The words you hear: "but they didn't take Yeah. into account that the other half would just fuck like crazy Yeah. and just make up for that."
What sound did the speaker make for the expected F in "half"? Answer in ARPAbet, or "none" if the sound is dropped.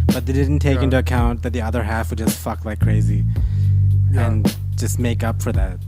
F